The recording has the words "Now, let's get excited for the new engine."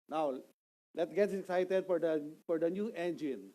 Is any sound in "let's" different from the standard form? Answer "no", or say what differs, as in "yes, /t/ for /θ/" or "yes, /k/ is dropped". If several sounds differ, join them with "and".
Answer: yes, /s/ is dropped